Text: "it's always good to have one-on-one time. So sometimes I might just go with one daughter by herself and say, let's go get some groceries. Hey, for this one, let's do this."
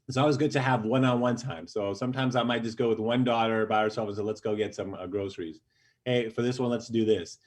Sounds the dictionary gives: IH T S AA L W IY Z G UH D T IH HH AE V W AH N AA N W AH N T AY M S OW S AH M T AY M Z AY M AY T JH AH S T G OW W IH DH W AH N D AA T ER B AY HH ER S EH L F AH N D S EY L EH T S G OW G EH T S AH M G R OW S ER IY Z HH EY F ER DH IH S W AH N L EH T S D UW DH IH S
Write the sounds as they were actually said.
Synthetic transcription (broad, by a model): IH T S AA L W IY Z G UH D T IH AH V W AH N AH N W AH N T AY M S OW S AH M T AY M Z AY M AY T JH AH S G OW W IH DH W AH N D AA T ER B AY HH ER S EH L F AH N S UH L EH T S G OW G EH T S AH M G R OW S ER IY Z HH EY F ER DH IH S W AH N L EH T S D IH DH IH S